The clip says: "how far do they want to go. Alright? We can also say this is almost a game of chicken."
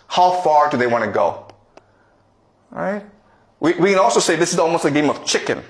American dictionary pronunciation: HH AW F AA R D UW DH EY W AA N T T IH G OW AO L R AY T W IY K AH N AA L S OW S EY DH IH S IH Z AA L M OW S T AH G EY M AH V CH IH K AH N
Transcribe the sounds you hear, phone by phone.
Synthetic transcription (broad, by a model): HH AW F AA R D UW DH EY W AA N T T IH G OW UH R AY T W IY K AH N AA L S OW S EY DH IH S IH Z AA L M OW S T AH G EY M AH V CH IH K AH N